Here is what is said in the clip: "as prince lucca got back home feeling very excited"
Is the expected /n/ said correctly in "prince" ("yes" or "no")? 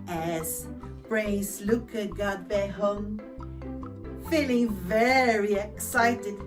no